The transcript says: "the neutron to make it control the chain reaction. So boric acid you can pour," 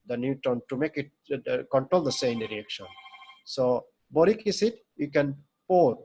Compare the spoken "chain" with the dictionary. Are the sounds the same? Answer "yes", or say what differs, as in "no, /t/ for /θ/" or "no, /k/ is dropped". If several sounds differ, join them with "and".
no, /s/ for /tʃ/